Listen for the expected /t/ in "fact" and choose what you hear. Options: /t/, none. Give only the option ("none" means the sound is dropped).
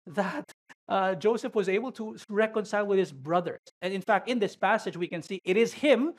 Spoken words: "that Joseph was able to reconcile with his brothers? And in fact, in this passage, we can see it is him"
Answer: /t/